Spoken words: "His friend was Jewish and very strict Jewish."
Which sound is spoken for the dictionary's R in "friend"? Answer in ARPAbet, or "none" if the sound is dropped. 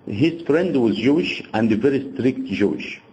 R